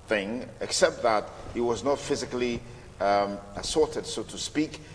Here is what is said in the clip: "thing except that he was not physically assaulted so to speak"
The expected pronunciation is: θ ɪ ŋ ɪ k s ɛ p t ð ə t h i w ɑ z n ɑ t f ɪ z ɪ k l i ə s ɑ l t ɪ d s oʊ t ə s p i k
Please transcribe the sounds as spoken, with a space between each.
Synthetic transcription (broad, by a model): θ ɪ ŋ ɪ k s ɛ p t ð ə t h i w ɑ z n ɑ t f ɪ z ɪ k l i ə s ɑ t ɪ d s oʊ t ə s p i k